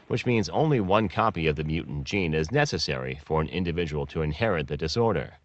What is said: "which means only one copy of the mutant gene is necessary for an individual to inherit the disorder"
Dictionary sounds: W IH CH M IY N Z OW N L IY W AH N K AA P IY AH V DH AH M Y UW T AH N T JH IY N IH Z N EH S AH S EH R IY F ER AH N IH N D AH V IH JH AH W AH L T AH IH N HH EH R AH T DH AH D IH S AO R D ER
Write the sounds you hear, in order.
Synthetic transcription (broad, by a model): W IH CH M IY N Z OW N L IY W AH N K AA P IY AH V DH AH M Y UW T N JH IY N IH Z N EH S AH S EH R IY F ER AH N IH N D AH V IH JH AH W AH L T AH IH N HH EH R AH T DH AH D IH S AO R D ER